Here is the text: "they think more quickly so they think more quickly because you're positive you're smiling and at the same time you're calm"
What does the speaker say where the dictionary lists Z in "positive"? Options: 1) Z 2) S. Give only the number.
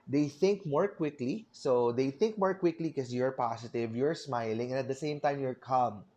2